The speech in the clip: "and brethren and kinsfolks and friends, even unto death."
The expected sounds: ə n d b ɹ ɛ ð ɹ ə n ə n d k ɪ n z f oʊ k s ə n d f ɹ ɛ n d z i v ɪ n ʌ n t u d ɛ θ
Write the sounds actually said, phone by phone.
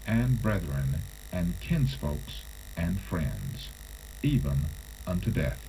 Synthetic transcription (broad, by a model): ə n b ɹ ɛ ð ɹ ə n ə n k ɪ n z f oʊ k s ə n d f ɹ ɛ n d z i v ɪ n ʌ n t u d ɛ θ